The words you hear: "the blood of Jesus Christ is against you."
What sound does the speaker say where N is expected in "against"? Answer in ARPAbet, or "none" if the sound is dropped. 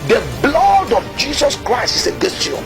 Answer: none